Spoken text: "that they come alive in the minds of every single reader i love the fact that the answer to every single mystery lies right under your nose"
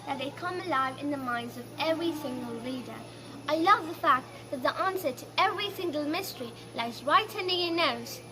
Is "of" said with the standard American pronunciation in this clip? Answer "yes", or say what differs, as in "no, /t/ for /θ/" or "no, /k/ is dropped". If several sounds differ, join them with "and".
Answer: yes